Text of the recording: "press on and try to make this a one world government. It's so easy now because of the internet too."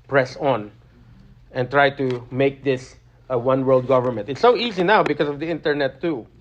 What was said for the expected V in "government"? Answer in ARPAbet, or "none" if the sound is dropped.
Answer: V